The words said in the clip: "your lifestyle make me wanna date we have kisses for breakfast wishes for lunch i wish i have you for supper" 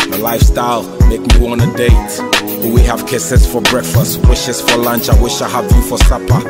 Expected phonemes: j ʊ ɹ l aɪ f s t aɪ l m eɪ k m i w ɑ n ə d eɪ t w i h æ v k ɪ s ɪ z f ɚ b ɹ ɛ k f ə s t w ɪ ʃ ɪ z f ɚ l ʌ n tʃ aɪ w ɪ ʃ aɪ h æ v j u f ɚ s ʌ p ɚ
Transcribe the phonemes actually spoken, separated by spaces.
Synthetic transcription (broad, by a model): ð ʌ l aɪ f s t aɪ l m eɪ k m i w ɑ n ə d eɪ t w i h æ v k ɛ s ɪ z f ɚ b ɹ ɛ k f ə s t w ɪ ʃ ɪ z f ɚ l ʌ n tʃ aɪ w ɪ ʃ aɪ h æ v j u f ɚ s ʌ p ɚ